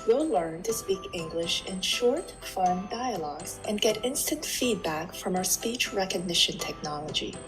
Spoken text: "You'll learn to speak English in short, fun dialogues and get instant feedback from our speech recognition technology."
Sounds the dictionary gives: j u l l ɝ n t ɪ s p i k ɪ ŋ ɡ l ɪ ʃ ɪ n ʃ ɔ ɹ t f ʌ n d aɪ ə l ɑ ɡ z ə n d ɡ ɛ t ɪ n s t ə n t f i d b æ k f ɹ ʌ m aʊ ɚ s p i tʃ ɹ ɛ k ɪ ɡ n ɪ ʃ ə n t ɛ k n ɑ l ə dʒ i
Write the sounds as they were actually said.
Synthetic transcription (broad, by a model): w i l l ɝ n t ɪ s p i k ɪ ŋ ɡ l ɪ ʃ ɪ n ʃ ɔ ɹ t f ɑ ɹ d aɪ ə l ɑ ɡ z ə n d ɡ ɛ t ɪ n s t ə n t f i d b æ k f ɹ ʌ m aʊ ɚ s p i tʃ ɹ ɛ k ɪ ɡ n ɪ ʃ ə n t ɛ k n ɑ l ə dʒ i